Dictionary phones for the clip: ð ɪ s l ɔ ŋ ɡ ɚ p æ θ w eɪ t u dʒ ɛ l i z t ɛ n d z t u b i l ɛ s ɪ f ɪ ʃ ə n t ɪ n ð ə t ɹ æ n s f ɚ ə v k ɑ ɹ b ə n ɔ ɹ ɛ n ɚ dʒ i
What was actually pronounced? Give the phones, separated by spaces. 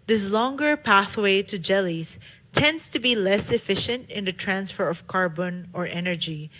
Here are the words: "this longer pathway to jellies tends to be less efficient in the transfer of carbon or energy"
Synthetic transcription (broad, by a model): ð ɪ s l ɔ ŋ ɡ ɚ p æ θ w eɪ t u dʒ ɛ l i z t ɛ n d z t u b i l ɛ s ɪ f ɪ ʃ ə n t ɪ n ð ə t ɹ æ n s f ɚ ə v k ɑ ɹ b ə n ɔ ɹ ɛ n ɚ dʒ i